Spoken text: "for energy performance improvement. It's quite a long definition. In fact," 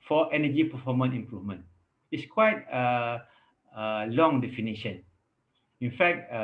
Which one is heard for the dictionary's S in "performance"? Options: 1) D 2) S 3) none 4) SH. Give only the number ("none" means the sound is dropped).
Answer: 3